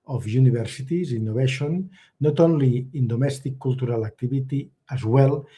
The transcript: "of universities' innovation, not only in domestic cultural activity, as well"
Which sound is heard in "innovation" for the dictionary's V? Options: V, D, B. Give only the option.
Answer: B